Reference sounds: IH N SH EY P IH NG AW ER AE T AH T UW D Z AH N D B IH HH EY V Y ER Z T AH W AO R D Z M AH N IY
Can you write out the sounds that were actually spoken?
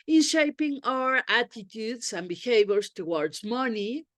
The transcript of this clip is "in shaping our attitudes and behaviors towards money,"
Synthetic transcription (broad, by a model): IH N SH EY P IH NG AW ER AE T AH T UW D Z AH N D B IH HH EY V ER S T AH W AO R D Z M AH N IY